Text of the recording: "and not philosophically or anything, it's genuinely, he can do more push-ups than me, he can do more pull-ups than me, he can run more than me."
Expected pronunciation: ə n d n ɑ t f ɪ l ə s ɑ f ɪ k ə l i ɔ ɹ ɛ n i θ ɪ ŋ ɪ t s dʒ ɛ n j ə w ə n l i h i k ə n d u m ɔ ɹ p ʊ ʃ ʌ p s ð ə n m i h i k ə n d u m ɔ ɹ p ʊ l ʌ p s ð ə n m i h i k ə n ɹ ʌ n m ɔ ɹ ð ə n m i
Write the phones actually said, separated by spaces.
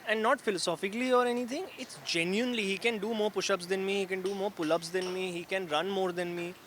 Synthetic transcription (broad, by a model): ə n d n ɑ t f ɪ l ə s ɑ f ɪ k ə l i ɔ ɹ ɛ n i t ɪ ŋ ɪ t s dʒ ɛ n j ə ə n l i h i k ə n d u m ɔ ɹ p ʊ ʃ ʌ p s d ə n m i h i k ə n d u m ɔ ɹ p ʊ l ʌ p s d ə n m i h i k ə n ɹ ʌ n m ɔ ɹ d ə n m i